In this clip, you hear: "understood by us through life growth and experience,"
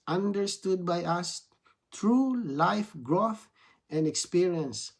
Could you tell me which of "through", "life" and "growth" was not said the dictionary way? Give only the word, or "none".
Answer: through